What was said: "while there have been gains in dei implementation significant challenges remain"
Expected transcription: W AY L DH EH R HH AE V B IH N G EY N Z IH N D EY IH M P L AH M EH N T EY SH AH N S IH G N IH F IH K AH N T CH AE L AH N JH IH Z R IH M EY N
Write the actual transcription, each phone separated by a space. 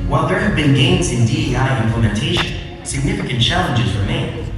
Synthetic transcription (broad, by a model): W AY L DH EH R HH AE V B IH N G EY N Z IH N D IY IH M P L AH M EH N T EY SH AH N S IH G N IH F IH K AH N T CH AE L AH N JH IH Z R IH M EY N